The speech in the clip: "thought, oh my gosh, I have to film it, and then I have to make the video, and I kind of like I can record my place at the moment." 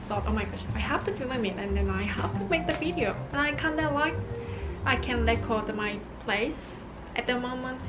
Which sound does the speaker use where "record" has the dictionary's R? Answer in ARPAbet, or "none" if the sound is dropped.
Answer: L